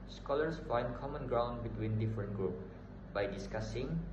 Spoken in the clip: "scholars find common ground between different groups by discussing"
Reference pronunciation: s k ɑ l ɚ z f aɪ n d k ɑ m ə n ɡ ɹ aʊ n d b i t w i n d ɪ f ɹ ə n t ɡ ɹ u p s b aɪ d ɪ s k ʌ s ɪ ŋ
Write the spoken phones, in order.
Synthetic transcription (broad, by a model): s k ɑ l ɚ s f aɪ n d k ɑ m ə n ɡ ɹ aʊ n d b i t w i n d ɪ f ɹ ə n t ɡ ɹ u p b aɪ d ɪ s k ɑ s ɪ ŋ